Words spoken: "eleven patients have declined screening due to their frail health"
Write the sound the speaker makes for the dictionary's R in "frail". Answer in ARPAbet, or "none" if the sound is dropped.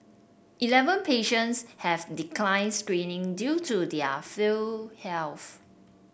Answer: none